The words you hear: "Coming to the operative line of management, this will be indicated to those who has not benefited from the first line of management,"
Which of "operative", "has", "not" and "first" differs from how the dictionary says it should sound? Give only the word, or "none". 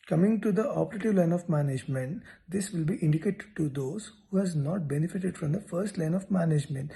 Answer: none